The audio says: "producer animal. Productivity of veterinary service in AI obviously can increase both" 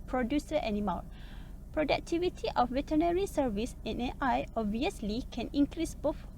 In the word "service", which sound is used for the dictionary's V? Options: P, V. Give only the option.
V